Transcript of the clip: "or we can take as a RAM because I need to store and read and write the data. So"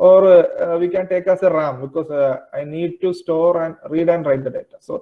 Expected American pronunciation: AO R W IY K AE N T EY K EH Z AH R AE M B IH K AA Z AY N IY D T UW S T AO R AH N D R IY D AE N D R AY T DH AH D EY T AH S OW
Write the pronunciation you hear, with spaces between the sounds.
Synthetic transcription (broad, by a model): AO R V IY K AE N T EY K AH S AH R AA M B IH K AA S AY N IY D T UW S T AO R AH N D R IY D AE N D R AY T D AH D EY T AH S OW